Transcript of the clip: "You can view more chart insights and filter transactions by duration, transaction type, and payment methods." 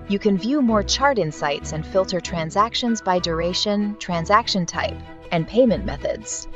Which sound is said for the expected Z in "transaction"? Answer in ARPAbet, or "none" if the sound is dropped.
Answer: Z